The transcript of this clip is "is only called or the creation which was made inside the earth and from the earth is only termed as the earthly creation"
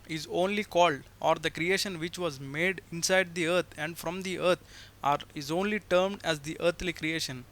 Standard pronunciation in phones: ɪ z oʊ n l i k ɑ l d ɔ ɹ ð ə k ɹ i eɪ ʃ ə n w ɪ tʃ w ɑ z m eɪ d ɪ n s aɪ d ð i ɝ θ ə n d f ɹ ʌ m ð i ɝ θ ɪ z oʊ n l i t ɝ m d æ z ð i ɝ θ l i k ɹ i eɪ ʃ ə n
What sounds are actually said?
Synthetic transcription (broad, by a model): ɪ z oʊ n l i k ɑ l d ɔ ɹ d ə k ɹ i eɪ ʃ ə n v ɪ tʃ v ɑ z m eɪ d ɪ n s aɪ d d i ɝ t ə n d f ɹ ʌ m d i ɝ t ɪ z oʊ n l i t ɝ m d æ z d i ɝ t l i k ɹ i eɪ ʃ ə n